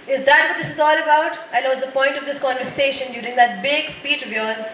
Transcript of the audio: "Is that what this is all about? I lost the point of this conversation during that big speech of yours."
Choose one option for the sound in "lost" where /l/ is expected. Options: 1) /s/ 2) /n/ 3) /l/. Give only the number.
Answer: 2